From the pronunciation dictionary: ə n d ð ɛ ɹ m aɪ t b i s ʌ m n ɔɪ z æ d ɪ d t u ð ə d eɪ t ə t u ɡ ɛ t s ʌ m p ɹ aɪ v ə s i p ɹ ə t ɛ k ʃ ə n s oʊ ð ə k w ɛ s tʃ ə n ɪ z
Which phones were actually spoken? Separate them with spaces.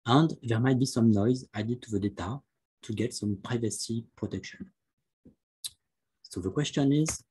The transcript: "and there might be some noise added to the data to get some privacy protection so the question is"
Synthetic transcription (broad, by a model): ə n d ð ɛ ɹ m aɪ t b i s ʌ m n ɔɪ z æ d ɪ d t u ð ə d eɪ t ə t u ɡ ɛ t s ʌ m p ɹ aɪ v ə s i p ɹ ə t ɛ k ʃ ə n s oʊ ð ə k w ɛ s tʃ ə n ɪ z